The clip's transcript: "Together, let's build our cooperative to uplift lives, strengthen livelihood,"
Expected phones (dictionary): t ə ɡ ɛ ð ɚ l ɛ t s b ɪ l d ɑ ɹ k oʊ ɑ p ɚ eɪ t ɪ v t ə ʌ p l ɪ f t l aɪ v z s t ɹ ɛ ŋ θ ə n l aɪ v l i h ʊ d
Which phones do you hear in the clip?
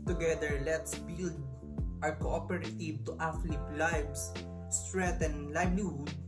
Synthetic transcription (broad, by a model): t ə ɡ ɛ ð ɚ l ɛ t s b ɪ l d ɑ ɹ k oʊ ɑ p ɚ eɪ t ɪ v t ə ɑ f l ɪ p l aɪ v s s t ɹ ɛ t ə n l aɪ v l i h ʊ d